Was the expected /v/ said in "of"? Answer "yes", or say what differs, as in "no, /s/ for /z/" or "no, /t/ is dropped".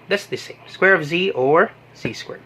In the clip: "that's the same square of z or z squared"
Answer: yes